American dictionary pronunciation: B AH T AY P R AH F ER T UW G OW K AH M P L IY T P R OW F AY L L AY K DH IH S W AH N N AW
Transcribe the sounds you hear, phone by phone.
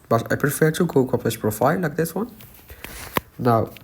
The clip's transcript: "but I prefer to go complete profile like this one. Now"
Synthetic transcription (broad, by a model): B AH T AY P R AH F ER T UW G OW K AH P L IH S P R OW F AY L L AY K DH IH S W AH N N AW